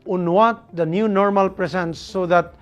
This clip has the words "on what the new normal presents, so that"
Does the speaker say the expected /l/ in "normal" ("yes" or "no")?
yes